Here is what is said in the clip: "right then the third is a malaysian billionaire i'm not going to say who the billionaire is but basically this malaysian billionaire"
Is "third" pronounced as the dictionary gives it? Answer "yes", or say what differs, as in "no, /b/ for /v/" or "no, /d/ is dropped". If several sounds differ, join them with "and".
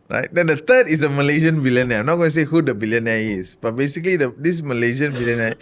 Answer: no, /t/ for /θ/